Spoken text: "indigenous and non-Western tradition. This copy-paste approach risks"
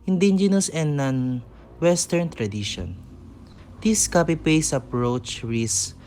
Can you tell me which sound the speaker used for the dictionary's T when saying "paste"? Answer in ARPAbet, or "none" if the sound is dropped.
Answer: none